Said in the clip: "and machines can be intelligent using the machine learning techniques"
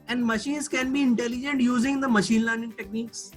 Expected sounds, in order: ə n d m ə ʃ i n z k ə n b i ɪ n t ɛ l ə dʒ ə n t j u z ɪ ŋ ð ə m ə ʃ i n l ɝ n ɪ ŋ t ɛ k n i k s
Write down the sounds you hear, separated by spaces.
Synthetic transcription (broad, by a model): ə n d m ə ʃ i n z k ə n b i ɪ n t ɛ l ə dʒ ə n t j u z ɪ ŋ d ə m ə ʃ i n l ɝ n ɪ ŋ t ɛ k n i k s